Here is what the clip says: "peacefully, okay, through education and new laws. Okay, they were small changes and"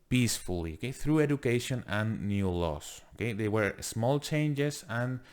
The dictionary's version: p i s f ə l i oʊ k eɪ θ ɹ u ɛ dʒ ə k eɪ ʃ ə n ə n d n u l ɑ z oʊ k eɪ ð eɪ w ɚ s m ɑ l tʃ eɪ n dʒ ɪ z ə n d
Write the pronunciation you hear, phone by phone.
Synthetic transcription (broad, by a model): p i s f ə l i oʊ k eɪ θ ɹ u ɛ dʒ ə k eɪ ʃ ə n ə n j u l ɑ s oʊ k eɪ ð eɪ w ɚ s m ɑ l tʃ eɪ n dʒ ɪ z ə n